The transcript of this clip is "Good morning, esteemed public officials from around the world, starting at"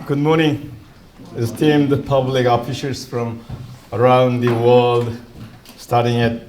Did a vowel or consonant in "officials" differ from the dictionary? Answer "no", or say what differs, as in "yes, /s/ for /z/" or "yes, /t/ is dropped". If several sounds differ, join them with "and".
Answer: yes, /s/ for /ʃ/